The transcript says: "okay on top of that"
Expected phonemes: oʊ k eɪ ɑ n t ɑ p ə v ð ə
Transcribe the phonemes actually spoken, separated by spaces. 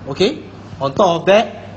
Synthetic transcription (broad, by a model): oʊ k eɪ ɑ n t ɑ ə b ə